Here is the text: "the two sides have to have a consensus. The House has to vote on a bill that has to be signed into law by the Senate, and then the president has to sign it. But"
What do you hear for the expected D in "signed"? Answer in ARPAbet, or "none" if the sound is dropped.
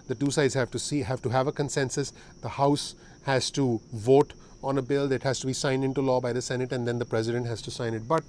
D